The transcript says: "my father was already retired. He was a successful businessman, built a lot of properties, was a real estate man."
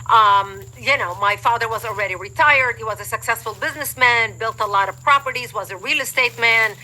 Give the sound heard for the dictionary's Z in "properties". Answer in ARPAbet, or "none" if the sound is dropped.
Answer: Z